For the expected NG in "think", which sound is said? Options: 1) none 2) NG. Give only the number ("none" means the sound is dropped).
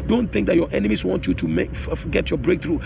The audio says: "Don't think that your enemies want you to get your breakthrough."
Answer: 2